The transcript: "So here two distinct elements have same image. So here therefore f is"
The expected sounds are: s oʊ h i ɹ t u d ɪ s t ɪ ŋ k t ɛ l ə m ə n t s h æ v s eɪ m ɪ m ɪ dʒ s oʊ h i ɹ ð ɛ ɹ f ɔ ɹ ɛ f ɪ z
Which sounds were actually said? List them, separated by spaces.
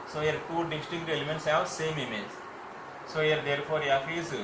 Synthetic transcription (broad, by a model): s oʊ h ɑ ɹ t u d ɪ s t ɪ k t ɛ l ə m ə n t s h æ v s eɪ m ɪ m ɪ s s oʊ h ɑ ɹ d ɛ ɹ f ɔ ɹ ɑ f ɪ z